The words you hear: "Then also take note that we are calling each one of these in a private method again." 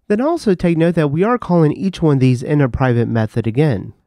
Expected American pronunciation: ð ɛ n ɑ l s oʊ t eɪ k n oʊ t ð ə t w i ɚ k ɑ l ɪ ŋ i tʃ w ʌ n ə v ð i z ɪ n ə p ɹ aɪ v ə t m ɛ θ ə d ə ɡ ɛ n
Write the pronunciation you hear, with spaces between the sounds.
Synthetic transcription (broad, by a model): ð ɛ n ɑ l s oʊ t eɪ k n oʊ t ð ə t w i ɚ k ɑ l ɪ ŋ i tʃ w ʌ n ð i z ɪ n ə p ɹ aɪ v ə t m ɛ θ ə d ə ɡ ɛ n